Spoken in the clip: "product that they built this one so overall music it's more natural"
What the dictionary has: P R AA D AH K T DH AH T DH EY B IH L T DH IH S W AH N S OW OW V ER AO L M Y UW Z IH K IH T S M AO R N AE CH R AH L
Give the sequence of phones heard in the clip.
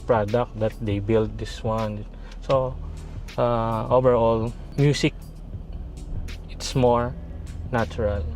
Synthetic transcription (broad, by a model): P R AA D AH K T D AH T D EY B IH L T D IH S W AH N S OW OW V ER AO L M Y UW S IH K IH T S M AO R N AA CH R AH L